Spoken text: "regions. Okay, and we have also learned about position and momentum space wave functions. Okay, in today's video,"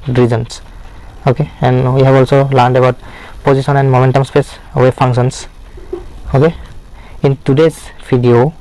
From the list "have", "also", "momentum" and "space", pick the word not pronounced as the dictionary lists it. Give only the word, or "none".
have